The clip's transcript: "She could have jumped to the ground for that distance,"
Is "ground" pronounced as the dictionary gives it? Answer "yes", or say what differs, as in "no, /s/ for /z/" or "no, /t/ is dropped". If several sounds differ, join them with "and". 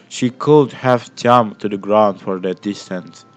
yes